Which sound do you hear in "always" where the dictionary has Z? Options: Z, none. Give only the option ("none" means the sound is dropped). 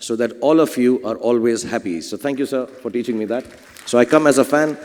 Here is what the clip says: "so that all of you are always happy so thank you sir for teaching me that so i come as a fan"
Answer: Z